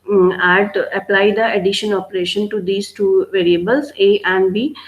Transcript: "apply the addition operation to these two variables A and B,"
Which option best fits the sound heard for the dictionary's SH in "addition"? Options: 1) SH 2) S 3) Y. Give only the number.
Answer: 1